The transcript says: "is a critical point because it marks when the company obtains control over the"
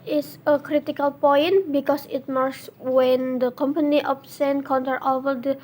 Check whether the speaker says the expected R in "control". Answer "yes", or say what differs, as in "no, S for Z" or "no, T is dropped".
no, R is dropped